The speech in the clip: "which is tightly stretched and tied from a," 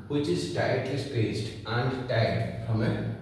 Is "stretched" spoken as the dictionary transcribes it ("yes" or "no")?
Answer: no